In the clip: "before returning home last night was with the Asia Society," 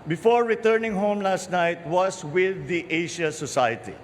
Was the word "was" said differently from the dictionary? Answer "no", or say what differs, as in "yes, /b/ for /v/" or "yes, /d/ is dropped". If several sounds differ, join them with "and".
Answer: yes, /s/ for /z/